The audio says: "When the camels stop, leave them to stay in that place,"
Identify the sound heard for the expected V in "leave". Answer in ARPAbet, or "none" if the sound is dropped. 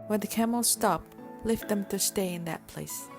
F